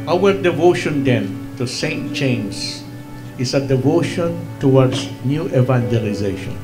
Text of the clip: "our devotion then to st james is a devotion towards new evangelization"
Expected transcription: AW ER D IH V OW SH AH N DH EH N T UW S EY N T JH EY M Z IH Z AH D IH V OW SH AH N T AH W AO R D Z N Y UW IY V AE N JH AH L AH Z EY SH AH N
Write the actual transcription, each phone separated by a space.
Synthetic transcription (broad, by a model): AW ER D IH V OW SH AH N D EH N T UW S EY N T CH EY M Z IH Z AH D IH V OW SH AH N T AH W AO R D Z N Y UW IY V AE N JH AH L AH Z EY SH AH N